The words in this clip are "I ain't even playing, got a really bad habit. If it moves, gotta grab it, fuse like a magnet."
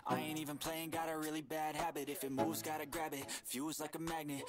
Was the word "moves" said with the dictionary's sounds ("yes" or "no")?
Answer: yes